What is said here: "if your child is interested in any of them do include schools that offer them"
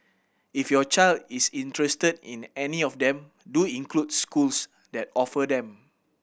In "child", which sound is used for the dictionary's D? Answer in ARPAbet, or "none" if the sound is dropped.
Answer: D